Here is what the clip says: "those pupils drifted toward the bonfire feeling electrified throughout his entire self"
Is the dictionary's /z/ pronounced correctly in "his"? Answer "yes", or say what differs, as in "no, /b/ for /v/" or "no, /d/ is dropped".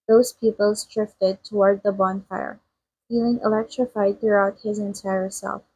yes